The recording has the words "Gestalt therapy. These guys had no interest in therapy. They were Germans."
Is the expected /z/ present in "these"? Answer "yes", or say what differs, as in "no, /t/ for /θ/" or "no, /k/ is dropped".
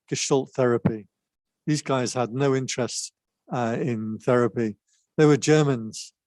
yes